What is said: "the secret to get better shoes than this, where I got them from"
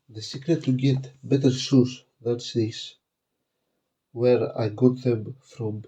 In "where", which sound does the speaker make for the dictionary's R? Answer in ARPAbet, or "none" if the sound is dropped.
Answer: R